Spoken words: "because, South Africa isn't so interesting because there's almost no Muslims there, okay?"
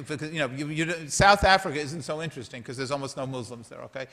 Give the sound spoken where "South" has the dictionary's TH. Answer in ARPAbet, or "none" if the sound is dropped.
TH